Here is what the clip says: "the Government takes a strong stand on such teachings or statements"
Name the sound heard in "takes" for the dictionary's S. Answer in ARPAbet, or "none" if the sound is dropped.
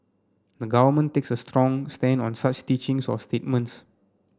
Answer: S